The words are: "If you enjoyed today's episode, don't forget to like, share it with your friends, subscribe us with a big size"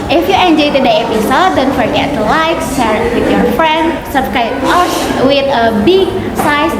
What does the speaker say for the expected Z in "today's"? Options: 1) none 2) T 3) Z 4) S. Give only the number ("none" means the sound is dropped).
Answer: 1